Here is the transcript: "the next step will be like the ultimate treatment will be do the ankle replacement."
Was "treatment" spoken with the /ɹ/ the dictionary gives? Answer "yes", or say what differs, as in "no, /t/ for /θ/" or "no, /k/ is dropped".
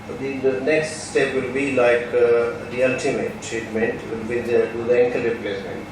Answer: no, /ɹ/ is dropped